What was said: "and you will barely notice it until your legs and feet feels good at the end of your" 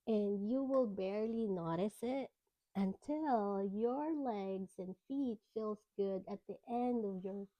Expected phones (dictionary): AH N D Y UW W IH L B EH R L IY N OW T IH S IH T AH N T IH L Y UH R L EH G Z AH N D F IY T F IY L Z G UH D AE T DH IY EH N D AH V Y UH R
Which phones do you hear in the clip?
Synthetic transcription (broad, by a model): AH N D Y UW W IH L B EH R L IY N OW T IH S IH T AH N T IH L Y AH R L EH G Z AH N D F IY T F IY L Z G UH D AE T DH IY EH N D AH V Y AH R